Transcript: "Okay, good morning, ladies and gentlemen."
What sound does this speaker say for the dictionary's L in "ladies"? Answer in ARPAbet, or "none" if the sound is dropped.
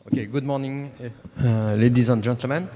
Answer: L